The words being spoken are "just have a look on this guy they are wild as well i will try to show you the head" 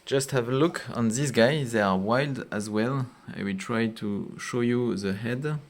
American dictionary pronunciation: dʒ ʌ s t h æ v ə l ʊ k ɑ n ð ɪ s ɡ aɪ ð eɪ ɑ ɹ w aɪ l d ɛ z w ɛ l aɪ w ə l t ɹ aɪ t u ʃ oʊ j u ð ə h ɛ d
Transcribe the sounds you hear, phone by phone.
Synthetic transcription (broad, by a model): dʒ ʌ s t h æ v ə l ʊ k ɑ n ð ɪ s ɡ aɪ ð eɪ ɑ ɹ w aɪ l d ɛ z w ɛ l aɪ w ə t ɹ aɪ t u ʃ oʊ j u ð ə h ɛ d